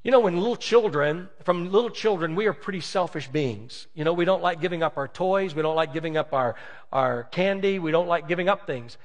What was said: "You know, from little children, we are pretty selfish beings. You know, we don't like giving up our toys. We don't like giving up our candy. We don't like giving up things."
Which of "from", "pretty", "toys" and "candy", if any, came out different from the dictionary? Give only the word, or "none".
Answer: none